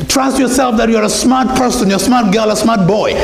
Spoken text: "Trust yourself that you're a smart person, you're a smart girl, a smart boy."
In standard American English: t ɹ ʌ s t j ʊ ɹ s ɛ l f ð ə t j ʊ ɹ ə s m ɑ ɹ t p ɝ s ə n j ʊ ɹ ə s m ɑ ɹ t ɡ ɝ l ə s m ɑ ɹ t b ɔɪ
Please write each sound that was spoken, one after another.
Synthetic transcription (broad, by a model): t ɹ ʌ s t j ʊ ɹ s ɛ l f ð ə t j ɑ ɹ ə s m ɑ ɹ t p ɝ s ə n j ə s m ɑ ɹ t ɡ ɝ l ə s m ɑ ɹ t b ɔɪ